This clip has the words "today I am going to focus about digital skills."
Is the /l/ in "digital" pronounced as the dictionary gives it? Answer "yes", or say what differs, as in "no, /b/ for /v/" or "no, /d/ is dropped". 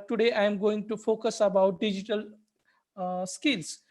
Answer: yes